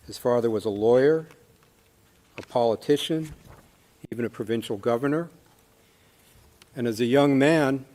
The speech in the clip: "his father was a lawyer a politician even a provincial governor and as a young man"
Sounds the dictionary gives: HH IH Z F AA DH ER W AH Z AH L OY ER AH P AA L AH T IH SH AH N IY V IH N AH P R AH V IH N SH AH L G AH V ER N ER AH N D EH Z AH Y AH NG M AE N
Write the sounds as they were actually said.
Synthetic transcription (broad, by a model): HH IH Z F AA DH ER W AH Z AH L OY ER AH P AA L AH T IH SH AH N IY V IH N AH P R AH V IH N SH L G AH V ER N ER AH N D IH Z AH Y AH NG M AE N